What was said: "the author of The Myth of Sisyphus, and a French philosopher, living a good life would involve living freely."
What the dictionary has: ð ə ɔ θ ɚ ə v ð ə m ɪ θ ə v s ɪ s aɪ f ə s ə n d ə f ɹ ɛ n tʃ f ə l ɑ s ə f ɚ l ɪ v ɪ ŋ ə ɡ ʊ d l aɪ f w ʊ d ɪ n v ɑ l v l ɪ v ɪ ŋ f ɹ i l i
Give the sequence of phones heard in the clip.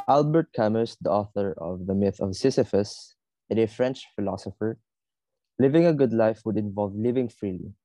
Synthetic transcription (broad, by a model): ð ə ɔ θ ɚ ə v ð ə m ɪ θ ə v s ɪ s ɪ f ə s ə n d ə f ɹ ɛ n tʃ f ə l ɑ s ə f ɚ l ɪ v ɪ ŋ ə ɡ ʊ d l aɪ f w ʊ d ɪ n v ɑ l v l ɪ v ɪ ŋ f ɹ i l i